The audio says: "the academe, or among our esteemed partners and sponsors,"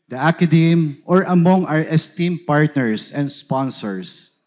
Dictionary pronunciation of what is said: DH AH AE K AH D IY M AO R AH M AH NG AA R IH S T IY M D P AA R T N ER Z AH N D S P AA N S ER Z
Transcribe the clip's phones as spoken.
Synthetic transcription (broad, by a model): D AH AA K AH D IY M AO R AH M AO NG AA R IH S T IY M P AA R T N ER S AH N D S P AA N S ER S